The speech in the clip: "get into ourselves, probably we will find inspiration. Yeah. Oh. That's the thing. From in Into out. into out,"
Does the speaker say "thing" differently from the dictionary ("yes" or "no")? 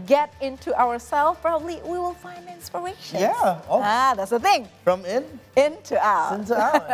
no